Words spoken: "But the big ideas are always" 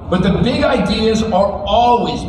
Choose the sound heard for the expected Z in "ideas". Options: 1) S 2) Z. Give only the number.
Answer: 2